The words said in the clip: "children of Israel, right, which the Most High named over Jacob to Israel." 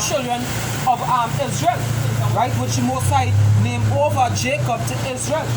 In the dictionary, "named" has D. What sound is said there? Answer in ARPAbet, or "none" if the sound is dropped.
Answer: none